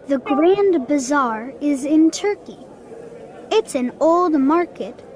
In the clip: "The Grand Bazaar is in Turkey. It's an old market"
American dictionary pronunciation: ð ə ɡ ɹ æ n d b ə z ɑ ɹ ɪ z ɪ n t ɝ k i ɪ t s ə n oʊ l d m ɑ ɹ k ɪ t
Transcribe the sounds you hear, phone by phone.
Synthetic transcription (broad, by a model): ð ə ɡ ɹ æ n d b ə z ɑ ɹ ɪ z ɪ n t ɝ k i ɪ t s ə n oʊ l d m ɑ ɹ k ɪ t